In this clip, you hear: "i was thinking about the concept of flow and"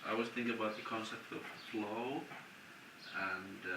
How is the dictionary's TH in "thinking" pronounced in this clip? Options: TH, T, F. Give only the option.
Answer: TH